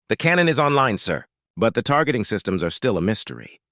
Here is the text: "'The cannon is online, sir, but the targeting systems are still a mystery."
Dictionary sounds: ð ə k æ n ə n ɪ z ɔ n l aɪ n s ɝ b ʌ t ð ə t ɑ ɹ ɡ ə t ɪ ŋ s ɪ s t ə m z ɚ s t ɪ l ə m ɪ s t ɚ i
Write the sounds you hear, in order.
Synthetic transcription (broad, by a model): ð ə k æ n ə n ɪ z ɔ n l aɪ n s ɝ b ʌ t ð ə t ɑ ɹ ɡ ə t ɪ ŋ s ɪ s t ə m z ɚ s t ɪ l ə m ɪ s t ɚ i